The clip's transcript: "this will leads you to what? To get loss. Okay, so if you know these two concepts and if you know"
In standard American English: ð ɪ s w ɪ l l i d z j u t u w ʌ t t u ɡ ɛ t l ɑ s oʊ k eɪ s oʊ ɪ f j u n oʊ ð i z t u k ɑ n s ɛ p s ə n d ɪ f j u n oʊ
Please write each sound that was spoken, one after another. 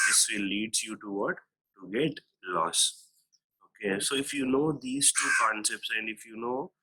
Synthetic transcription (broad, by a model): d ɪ s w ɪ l l i d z j u t u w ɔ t t u ɡ ɛ t l ɑ s oʊ k eɪ s oʊ ɪ f j u n oʊ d i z t u k ɑ n s ɛ p s ə n d ɪ f j u n oʊ